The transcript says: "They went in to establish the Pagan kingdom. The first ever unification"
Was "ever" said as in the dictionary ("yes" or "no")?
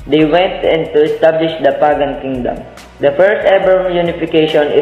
no